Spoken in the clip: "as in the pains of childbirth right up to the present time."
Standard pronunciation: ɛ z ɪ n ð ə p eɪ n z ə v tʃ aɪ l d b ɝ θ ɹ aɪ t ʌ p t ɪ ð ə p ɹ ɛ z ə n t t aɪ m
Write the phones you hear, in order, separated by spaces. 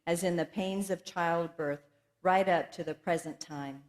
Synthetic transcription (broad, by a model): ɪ z ɪ n ð ə p eɪ n z ə v tʃ aɪ l d b ɝ θ ɹ aɪ t ʌ p t ɪ ð ə p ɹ ɛ z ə n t t aɪ m